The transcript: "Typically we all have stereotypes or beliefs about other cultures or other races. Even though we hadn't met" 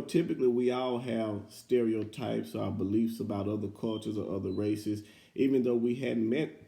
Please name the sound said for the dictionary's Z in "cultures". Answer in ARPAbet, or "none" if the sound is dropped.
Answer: Z